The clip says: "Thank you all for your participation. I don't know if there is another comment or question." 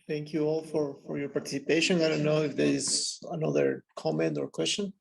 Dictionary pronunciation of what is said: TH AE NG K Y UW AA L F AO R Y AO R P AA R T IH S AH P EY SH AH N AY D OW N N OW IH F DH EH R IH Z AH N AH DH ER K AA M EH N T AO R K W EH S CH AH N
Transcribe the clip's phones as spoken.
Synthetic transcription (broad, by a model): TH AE NG K Y UW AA L F AO R Y AO R P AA R T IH S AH P EY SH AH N AY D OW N N OW IH F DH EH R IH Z AH N AH DH ER K AA M EH N T AO R K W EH S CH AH N